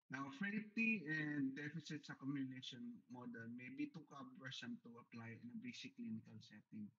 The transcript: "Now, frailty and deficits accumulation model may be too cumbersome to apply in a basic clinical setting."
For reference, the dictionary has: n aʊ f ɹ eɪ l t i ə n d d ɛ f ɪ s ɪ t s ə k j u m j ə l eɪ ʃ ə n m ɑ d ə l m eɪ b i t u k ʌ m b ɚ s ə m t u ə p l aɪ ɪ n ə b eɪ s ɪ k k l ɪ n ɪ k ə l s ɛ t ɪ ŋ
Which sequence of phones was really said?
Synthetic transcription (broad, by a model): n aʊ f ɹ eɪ t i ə n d d ɛ f ɪ s ɪ t s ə k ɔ m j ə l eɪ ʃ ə n m ɑ d ə l m eɪ b i t u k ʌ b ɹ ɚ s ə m t u ə p l aɪ ɪ n ə b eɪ s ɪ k k l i n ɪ k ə l s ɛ t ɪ ŋ